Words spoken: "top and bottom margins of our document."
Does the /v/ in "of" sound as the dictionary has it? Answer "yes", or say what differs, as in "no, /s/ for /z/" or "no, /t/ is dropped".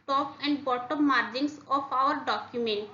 no, /p/ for /v/